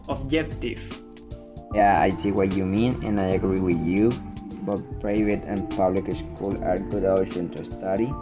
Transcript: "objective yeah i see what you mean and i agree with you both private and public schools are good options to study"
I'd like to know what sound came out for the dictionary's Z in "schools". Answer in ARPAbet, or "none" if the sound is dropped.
none